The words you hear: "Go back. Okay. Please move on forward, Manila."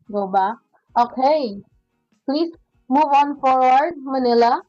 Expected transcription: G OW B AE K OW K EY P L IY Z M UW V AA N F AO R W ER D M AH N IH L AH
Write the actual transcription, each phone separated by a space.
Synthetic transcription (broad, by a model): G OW B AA OW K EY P L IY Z M UW V AA N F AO R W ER D M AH N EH L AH